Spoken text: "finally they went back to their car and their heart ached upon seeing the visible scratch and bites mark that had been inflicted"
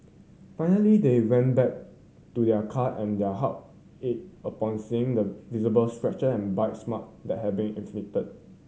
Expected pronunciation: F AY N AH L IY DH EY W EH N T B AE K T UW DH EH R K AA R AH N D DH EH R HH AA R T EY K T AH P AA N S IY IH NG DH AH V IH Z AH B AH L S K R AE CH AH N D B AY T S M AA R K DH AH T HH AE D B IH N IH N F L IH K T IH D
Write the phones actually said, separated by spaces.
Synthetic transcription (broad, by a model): F AY N AH L IY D EY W EH N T B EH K T UW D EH K AA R AH N D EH HH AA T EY T AH P AA N S IY IH NG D AH V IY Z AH B AH L S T R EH CH AH N B AY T S M AA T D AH T HH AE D B IH N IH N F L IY T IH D